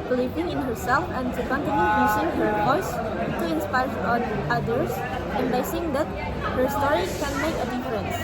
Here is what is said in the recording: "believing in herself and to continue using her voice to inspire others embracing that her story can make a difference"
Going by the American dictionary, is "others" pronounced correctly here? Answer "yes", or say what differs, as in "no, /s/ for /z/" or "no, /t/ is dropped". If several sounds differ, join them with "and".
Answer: no, /s/ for /z/